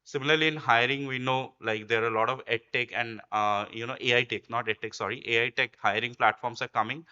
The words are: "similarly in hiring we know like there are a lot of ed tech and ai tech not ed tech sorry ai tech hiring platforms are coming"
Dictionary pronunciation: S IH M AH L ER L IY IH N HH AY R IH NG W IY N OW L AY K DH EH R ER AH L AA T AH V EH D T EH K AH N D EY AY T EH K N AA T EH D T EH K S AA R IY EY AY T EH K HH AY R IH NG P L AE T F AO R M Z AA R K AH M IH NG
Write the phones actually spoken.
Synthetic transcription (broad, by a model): S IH M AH L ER L IY IH N HH AY R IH NG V IY N OW L AY K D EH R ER AH L AA T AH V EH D T EH K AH N D EY AY T EH K N AA T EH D T EH K S AA R IY EY AY T EH K HH AY R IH NG P L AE T F AO R M S AA R K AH M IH NG